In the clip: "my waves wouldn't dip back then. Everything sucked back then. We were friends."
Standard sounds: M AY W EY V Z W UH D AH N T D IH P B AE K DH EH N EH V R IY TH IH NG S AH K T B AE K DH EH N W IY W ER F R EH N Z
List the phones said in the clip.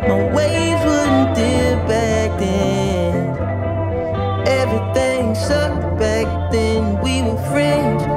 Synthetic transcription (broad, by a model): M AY W EY Z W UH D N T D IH B AE K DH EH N EH V R IY TH IH NG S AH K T B AE K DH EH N W IY W ER F R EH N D